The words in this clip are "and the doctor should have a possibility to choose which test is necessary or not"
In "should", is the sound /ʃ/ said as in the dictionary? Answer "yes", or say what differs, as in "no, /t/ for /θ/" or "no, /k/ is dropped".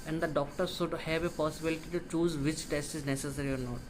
no, /s/ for /ʃ/